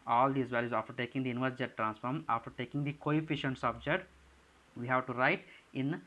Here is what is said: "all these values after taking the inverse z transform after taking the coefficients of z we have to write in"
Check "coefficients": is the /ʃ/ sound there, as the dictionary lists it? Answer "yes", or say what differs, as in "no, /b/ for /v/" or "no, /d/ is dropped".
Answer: yes